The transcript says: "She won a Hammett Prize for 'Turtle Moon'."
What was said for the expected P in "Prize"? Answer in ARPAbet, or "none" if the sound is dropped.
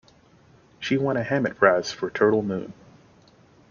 B